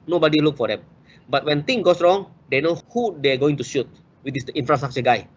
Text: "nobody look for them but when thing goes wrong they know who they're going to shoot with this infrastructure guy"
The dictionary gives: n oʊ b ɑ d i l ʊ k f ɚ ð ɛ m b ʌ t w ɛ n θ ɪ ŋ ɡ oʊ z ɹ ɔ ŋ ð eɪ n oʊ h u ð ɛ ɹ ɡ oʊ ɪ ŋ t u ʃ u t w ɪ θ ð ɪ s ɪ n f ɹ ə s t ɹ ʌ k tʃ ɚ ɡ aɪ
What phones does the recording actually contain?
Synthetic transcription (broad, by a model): n oʊ b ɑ d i l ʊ k f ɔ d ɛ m b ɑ t w ɛ n t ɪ ŋ ɡ oʊ s ɹ ɔ ŋ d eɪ n oʊ h u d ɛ ɡ oʊ ɪ ŋ t u ʃ u t w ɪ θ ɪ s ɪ n f ɹ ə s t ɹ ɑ k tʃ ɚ ɡ aɪ